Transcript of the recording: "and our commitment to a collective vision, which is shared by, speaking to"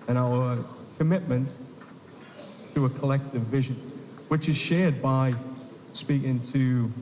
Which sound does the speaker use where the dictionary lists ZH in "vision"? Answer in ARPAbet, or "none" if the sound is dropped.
ZH